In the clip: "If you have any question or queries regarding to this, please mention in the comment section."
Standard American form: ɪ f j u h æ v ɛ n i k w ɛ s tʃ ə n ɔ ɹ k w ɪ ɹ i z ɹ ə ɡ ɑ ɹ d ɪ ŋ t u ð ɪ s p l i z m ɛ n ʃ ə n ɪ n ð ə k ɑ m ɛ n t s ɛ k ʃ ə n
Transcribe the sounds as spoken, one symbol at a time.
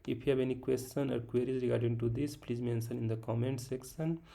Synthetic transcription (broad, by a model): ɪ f j u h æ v ɛ n i k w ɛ s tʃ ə n ɔ ɹ k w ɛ ɹ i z ɹ ə ɡ ɑ ɹ d ɪ ŋ t u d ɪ s p l i z m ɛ n s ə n ɪ n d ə k ɑ m ɛ n t s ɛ k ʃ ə n